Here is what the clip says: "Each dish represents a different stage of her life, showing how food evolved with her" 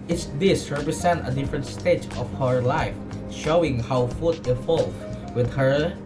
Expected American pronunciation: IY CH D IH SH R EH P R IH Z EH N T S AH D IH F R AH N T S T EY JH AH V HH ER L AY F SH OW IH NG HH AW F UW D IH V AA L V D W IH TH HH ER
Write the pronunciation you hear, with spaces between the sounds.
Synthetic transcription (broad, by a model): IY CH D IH S R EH P R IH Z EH N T AH D IH F R AH N T S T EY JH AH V HH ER L AY F SH OW IH NG HH AW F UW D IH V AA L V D W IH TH HH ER